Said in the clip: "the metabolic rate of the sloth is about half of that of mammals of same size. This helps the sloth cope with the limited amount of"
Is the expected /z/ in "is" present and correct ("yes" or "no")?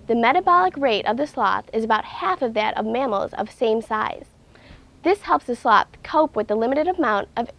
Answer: yes